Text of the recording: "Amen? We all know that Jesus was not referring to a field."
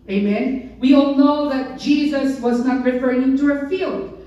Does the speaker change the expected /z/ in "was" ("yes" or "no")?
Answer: no